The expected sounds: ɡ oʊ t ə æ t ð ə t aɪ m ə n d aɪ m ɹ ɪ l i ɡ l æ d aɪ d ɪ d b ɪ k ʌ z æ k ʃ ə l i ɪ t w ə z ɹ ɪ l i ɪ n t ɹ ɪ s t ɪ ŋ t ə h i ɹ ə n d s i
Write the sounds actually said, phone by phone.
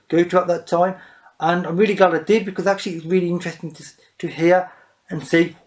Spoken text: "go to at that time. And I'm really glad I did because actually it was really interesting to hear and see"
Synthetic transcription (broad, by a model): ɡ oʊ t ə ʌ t ð ə t aɪ m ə n aɪ m ɹ ɪ l i ɡ l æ d aɪ d ɪ d b ɪ k ʌ z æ k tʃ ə l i ɪ t w ə z ɹ ɪ l i ɪ n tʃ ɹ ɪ s t ɪ ŋ t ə h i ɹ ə n s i